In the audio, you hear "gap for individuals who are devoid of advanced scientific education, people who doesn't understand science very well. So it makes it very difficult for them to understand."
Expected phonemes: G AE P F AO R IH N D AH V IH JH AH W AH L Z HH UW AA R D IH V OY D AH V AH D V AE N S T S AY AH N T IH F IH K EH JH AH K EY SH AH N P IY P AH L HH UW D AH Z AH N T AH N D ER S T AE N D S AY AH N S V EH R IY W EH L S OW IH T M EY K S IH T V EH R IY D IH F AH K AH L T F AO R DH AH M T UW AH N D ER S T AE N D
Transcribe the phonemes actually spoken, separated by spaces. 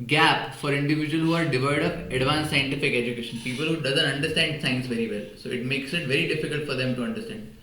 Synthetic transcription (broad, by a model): G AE P F AO R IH N D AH V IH JH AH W AH L HH UW AA R D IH V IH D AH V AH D V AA N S S AY AH N T IH F IH K EH JH AH K EY SH AH N P IY P AH L HH UW D AH Z AH N T AH N D ER S T AE N D S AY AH N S V EH R IY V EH L S OW IH T M EY K S IH T V EH R IY D IH F AH K AH L T F AO R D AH M T UW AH N D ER S T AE N D